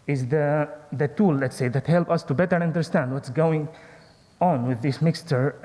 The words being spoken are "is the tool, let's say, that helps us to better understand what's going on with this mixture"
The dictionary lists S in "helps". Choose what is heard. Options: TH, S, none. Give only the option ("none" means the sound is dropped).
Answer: none